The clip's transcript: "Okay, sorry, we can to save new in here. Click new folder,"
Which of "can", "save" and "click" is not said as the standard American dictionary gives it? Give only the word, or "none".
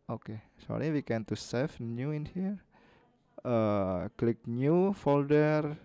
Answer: save